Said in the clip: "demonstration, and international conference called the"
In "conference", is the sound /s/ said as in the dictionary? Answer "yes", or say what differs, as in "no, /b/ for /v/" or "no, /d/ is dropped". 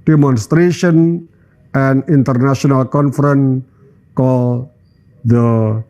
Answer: no, /s/ is dropped